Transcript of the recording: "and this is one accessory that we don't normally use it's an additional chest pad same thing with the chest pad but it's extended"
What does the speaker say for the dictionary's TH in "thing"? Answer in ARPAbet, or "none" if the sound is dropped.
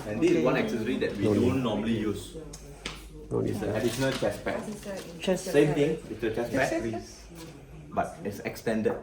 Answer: T